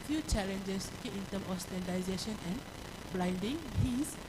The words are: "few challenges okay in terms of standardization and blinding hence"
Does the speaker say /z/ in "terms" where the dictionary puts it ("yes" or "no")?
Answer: no